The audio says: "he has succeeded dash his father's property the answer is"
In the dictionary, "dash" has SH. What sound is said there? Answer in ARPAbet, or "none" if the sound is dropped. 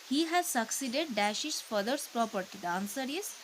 SH